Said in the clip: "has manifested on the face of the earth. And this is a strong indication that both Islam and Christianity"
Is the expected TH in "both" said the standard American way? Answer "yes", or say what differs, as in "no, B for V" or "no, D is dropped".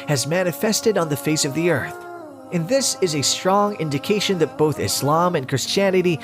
yes